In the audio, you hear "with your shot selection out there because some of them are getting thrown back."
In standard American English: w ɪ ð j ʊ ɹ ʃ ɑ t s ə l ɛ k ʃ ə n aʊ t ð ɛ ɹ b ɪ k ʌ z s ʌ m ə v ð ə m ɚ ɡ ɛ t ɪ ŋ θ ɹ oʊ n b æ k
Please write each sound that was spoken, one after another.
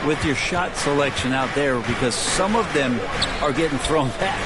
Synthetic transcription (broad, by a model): w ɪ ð j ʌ ɹ ʃ ɑ t s ə l ɛ k ʃ ə n aʊ t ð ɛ ɹ b ɪ k ʌ z s ʌ m ə v ð ə m ɚ ɡ ɛ t ɪ ŋ θ ɹ oʊ n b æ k